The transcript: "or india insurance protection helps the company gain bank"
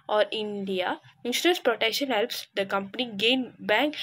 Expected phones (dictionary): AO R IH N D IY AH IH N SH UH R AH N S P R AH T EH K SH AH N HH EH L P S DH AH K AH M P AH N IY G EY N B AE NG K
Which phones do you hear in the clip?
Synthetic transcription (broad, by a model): AO R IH N D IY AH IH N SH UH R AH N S P R AH T EH K SH AH N HH EH L P S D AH K AH M P AH N IY G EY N B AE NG K